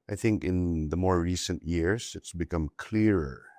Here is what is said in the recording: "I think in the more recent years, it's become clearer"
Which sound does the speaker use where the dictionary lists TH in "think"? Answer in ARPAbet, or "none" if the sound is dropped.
TH